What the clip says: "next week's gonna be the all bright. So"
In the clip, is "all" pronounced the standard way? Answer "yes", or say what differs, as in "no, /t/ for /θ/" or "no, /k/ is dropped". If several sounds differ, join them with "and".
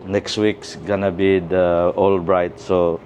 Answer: yes